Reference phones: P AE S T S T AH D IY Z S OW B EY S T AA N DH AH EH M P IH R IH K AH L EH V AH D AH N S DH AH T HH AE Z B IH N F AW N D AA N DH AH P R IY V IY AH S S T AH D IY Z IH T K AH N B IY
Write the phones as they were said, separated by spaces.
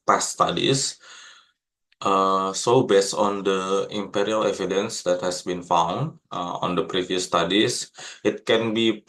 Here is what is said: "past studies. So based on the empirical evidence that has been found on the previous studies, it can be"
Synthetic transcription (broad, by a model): P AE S S T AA D IY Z S OW B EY S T AA N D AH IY M P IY R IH AH L EH V AH D AH N S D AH T HH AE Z B IH N F AW N D AA N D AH P R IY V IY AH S S T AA D IY S IH T K AH N B IY